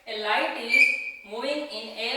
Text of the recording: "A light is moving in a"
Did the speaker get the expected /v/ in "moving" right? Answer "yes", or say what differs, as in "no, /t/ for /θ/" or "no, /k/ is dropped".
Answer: no, /v/ is dropped